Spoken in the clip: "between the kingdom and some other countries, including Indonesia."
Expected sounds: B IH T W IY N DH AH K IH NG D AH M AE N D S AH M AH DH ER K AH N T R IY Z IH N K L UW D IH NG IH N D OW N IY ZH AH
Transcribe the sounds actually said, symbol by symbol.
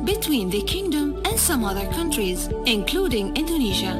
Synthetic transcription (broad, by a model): B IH T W IY N DH AH K IH NG D AH M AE N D S AH M AH DH ER K AH N T R IY Z IH N K L UW D IH NG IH N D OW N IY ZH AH